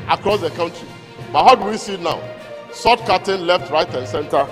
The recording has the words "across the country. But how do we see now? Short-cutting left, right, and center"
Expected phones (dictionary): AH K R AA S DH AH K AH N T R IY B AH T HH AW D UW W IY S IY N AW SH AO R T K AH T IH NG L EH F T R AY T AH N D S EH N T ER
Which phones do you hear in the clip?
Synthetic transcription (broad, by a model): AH K R AA S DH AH K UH N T R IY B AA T HH AW D UW W IY S IY N AW S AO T K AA T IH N L EH F T R AY T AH N S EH N T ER